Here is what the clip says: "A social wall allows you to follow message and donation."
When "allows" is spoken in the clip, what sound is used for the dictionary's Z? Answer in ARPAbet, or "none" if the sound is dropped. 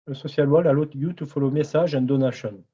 none